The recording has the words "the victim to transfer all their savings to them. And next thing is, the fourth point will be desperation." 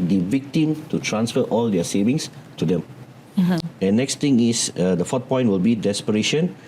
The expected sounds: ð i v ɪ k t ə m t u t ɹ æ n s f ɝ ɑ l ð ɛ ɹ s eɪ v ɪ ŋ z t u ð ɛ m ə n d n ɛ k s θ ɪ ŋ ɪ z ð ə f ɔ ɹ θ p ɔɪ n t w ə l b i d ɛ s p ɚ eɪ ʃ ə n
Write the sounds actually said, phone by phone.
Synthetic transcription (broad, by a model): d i v ɪ k t ə m t u t ɹ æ n s f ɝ ɑ l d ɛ s eɪ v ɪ ŋ s t u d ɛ m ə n n ɛ k s t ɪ ŋ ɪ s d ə f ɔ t p ɔɪ n t w ə l b i d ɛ s p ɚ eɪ ʃ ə n